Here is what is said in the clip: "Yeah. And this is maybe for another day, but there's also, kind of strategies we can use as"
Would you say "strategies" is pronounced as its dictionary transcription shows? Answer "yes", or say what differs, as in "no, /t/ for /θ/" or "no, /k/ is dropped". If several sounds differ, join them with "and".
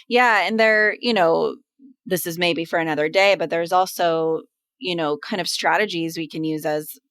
yes